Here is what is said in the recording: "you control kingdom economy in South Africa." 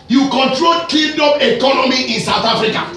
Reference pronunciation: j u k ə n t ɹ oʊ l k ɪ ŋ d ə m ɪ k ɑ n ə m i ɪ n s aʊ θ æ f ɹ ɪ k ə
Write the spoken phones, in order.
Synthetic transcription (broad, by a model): j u k ə n t ɹ oʊ l k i d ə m ɪ k ɑ n ə m i ɪ n s aʊ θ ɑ f ɹ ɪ k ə